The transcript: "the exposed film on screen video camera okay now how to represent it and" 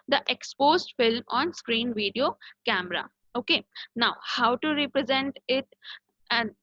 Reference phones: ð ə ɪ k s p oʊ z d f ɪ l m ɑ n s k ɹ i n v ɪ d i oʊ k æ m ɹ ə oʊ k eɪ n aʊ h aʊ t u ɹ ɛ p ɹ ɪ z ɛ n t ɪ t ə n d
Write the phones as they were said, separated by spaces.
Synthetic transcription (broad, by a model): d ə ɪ k s p oʊ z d f ɪ l m ɑ n s k ɹ i n v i d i oʊ k æ m ɹ ə oʊ k eɪ n aʊ h aʊ t u ɹ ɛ p ɹ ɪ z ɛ n t ɪ t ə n